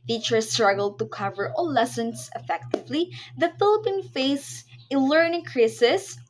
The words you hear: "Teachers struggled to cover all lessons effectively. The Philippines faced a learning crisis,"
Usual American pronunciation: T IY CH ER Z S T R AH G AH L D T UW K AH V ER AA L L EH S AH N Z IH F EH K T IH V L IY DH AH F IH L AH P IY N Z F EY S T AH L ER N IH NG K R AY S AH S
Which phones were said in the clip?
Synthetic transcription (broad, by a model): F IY CH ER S T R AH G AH L D T UW K AH V ER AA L L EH S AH N S IH F EH K T IH V L IY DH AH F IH L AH P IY N F EY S AH L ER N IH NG K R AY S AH S